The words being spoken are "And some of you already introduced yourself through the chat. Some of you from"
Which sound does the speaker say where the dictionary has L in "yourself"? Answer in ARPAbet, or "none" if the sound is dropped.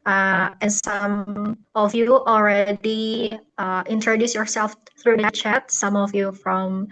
L